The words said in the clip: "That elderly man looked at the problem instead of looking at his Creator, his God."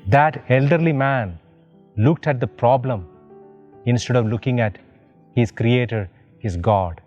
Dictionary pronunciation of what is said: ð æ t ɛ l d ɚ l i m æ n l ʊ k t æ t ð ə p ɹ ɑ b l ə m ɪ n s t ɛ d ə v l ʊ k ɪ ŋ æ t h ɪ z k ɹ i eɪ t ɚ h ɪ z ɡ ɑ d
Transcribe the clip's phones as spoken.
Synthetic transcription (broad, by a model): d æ t ɛ l d ɚ l i m æ n l ʊ k t æ t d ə p ɹ ɑ b l ə m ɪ n s t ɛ d ə v l ʊ k ɪ ŋ æ t h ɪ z k ɹ i eɪ t ɚ h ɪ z ɡ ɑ d